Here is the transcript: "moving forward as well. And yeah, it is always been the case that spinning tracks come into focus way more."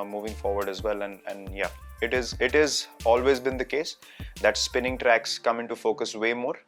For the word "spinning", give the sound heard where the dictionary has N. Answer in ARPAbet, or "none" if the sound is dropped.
N